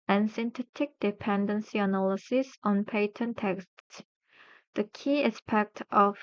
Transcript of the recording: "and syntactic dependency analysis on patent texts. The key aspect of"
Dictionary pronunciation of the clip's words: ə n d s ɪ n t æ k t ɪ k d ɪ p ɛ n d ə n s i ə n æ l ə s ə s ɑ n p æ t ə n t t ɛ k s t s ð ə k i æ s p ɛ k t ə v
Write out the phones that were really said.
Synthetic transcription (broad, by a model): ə n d s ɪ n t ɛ t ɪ k d ɪ p ɛ n d ə n s i ə n æ l ə s ə s ɑ n p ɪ t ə n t t ɛ k s t s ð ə k i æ s p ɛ k t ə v